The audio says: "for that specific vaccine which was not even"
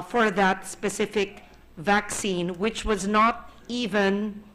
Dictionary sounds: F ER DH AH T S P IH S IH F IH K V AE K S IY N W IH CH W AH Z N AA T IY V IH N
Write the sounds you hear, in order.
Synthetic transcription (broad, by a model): F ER DH AH T S P IH S IH F IH K V AE K S IY N W IH CH W AH Z N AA T IY V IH N